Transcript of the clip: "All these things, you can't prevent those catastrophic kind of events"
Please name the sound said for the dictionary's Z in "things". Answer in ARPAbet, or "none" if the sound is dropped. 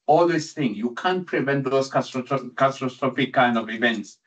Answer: none